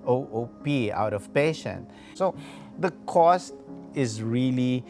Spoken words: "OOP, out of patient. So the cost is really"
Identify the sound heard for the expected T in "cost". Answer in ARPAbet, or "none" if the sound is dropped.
T